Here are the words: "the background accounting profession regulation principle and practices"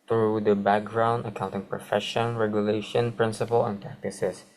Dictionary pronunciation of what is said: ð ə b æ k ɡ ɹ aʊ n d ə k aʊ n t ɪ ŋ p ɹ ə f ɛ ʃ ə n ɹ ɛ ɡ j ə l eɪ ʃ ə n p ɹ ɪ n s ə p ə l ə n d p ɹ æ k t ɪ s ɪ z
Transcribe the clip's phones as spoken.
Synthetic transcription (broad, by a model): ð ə b æ k ɡ ɹ aʊ n d ə k aʊ n t ɪ ŋ p ɹ ə f ɛ ʃ ə n ɹ ɛ ɡ j ə l eɪ ʃ ə n p ɹ ɪ n s ə p ə l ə n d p ɹ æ k t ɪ s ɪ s